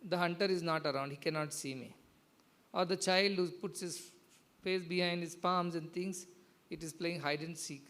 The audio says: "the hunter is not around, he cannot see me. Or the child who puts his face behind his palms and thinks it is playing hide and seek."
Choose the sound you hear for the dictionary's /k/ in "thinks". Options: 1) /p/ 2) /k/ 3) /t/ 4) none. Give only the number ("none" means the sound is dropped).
4